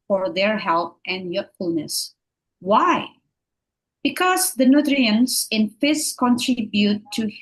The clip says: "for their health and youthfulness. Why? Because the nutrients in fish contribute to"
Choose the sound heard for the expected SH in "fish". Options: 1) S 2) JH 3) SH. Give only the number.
1